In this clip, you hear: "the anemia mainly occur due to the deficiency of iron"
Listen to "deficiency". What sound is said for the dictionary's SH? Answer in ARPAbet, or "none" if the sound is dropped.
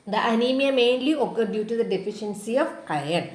SH